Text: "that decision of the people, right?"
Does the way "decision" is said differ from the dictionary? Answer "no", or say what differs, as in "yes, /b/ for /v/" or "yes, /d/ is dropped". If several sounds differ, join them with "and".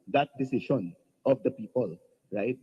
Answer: yes, /ʃ/ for /ʒ/